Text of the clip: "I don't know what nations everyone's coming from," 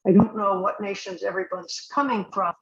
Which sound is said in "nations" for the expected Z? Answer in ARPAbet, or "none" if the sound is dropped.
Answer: Z